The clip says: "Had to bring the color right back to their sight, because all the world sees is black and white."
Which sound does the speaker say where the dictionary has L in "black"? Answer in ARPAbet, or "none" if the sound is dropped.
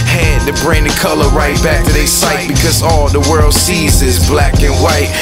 L